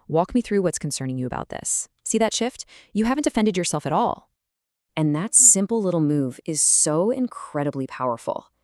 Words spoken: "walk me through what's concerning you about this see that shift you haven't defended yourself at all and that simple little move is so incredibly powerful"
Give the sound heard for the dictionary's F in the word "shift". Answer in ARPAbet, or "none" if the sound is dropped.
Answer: F